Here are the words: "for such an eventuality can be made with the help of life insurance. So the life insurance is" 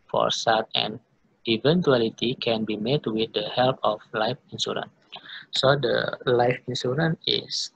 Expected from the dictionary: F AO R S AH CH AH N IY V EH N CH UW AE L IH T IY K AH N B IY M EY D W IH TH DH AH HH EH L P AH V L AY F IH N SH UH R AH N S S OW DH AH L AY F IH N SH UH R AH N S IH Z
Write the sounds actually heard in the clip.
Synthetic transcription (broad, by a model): F AO R S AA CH AH N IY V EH N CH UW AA L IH T IY K AH N B IY M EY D W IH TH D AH HH EH L P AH F L AY F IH N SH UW R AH N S S OW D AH L AY F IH N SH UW R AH N IH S